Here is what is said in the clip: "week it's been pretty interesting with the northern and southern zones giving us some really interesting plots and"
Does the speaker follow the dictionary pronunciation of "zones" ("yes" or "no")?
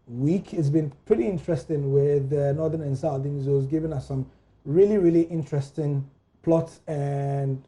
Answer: no